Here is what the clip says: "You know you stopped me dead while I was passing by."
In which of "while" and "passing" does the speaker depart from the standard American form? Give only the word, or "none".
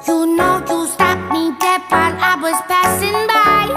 while